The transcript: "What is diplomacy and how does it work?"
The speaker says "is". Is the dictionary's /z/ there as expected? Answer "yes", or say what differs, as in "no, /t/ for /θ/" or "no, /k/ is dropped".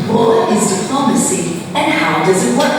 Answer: yes